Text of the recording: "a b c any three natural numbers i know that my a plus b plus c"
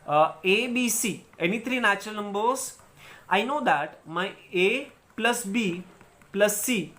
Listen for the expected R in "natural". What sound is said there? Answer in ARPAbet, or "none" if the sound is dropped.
none